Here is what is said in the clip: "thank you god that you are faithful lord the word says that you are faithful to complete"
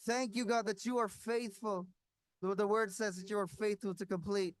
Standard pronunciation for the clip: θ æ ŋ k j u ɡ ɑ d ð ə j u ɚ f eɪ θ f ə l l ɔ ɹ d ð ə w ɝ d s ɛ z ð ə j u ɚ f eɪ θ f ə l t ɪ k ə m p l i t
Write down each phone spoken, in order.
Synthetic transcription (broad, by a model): θ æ ŋ k j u ɡ ɑ d ð ə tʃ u ɚ f eɪ θ f ə l w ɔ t ð ə w ɝ d s ɛ z ð ə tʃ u ɚ f eɪ θ f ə l t ɪ k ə m p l i t